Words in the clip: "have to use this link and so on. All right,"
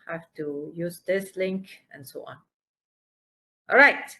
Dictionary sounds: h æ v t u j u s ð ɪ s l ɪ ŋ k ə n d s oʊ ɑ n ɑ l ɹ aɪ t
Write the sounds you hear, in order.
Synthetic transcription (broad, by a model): h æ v t u j u s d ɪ s l ɪ ŋ k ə n s oʊ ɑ n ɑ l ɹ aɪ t